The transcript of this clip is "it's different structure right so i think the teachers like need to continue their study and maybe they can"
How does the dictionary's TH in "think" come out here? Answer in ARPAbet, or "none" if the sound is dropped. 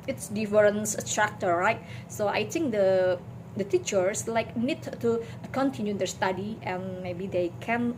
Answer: T